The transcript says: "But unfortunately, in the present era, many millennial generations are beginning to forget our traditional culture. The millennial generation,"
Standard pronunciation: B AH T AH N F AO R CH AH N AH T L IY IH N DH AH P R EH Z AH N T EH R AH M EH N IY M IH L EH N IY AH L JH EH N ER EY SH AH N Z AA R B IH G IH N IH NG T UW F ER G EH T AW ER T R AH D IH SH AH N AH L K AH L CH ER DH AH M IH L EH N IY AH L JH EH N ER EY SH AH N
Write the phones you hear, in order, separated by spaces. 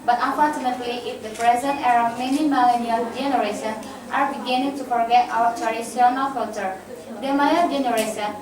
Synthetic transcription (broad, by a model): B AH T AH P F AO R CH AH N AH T L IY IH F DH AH P R EH Z AH N T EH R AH M EH N IY M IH L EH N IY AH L JH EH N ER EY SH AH N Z AA R B IH G IH N IH NG T UW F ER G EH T AW ER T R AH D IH S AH N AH L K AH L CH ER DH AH M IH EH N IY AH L JH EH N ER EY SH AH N